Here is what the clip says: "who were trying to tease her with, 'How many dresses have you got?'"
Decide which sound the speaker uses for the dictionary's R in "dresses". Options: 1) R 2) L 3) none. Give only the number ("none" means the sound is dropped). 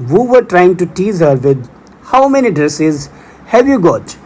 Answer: 1